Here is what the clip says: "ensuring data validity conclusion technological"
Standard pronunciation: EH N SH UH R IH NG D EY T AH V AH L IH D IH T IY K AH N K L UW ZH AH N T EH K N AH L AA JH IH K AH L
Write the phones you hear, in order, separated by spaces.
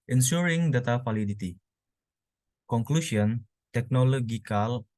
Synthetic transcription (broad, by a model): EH N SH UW R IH NG D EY T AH F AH L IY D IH T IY K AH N K L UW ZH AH N T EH K N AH L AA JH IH K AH L